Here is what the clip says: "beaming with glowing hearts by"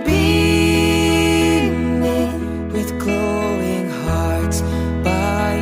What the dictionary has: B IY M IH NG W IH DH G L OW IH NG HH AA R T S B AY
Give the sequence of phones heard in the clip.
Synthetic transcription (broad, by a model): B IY W IH DH G L OW IH NG HH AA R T B AY